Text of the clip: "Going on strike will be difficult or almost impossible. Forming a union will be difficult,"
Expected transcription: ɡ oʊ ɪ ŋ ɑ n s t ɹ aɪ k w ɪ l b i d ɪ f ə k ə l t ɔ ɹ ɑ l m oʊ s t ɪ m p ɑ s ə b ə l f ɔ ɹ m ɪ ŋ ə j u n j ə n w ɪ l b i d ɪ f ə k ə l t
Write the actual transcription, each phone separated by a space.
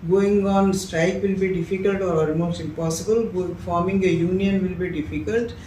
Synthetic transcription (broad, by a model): ɡ oʊ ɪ ŋ ɑ n s t ɹ aɪ k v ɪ l b i d ɪ f ə k ə l t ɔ ɹ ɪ m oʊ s ɪ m p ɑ s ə b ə l f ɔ ɹ m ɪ ŋ ə j u n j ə n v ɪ l b i d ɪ f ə k ə l t